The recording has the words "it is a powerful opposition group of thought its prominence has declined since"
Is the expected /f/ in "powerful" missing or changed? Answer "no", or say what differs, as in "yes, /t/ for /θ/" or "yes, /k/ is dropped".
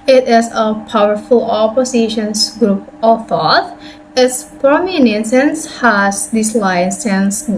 no